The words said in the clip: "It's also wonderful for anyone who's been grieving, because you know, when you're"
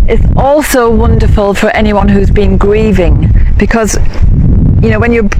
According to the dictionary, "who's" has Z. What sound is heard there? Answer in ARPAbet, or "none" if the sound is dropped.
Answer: Z